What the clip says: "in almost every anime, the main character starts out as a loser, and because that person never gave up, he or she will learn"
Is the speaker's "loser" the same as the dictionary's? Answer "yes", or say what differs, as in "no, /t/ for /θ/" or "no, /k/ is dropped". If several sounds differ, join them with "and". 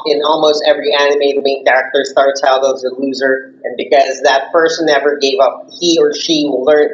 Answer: yes